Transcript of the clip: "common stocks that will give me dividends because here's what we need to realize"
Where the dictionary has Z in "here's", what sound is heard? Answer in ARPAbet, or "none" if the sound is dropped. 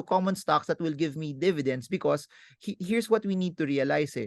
S